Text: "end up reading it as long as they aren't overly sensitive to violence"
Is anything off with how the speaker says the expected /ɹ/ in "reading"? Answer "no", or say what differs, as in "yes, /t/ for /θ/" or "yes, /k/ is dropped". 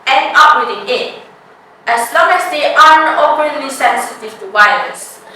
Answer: yes, /w/ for /ɹ/